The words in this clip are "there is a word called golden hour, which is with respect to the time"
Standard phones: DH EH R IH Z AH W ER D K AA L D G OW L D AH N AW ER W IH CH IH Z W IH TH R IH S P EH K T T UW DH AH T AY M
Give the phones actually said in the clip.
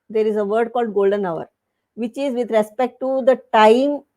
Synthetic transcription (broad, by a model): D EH R IH Z AH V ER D K AA L D G OW L D AH N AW ER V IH CH IH Z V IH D R IH S P EH K T T UW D AH T AY M